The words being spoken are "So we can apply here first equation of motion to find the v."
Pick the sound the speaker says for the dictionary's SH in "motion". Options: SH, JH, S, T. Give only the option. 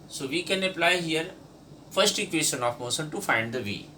S